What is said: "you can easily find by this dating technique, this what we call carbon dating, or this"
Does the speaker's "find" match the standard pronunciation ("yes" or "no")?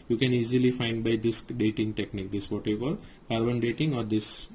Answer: yes